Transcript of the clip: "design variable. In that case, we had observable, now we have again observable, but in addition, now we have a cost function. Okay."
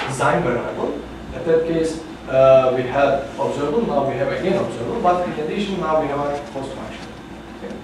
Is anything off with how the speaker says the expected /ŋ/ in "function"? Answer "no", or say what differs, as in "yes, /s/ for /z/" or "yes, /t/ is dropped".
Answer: yes, /ŋ/ is dropped